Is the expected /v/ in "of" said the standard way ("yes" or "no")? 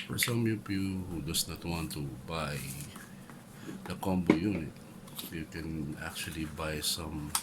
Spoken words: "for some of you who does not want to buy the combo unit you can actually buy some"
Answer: no